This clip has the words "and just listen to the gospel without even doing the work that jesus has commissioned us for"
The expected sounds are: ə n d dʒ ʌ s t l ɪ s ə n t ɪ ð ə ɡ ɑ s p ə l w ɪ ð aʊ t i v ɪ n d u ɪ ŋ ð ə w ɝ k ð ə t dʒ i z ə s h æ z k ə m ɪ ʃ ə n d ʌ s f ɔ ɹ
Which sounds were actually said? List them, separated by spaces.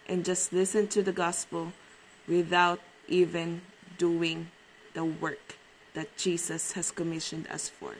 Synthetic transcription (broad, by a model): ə n dʒ ʌ s t l ɪ s ə n t ɪ ð ə ɡ ɑ s p ə l w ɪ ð aʊ t i v ɪ n d u ɪ ŋ ð ə w ɝ k ð ə t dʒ i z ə s h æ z k ə m ɪ ʃ ə n d ʌ s f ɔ ɹ